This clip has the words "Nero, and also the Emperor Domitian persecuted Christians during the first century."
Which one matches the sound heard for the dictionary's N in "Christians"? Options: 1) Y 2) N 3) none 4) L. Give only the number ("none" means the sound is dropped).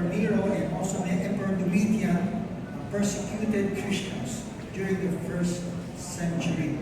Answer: 3